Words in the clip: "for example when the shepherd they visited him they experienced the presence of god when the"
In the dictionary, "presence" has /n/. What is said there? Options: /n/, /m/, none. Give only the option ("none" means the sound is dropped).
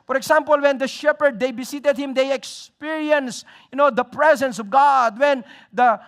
/n/